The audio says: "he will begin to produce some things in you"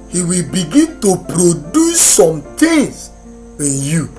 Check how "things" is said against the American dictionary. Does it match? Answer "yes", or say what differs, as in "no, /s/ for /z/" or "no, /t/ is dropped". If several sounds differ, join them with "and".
no, /t/ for /θ/